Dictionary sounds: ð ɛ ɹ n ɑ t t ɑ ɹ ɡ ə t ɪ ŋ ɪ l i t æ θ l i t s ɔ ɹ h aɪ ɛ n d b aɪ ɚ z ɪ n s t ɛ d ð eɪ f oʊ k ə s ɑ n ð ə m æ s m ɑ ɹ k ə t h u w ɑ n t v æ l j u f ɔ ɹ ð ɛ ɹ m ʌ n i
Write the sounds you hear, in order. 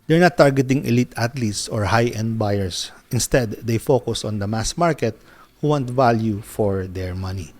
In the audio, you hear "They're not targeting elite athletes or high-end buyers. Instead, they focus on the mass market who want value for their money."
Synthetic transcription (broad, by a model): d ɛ ɹ n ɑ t t ɑ ɹ ɡ ə t ɪ ŋ ɪ l i t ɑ t l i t s ɔ ɹ h aɪ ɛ n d b aɪ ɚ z ɪ n s t ɛ d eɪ f oʊ k ə s ɑ n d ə m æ s m ɑ ɹ k ə t h u w ɑ n t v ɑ l j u f ɔ ɹ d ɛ ɹ m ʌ n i